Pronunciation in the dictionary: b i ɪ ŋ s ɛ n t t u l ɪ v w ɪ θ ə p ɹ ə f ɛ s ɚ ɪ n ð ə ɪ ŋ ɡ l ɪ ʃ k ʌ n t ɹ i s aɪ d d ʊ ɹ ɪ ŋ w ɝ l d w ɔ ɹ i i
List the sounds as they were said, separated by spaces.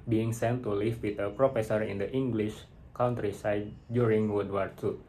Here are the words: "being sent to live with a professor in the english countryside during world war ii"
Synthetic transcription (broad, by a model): b i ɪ ŋ s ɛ n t t u l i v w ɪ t ə p ɹ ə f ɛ s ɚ ɪ n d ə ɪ ŋ ɡ l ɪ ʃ k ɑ n t ɹ i s aɪ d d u ɹ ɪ ŋ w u d w ɔ ɹ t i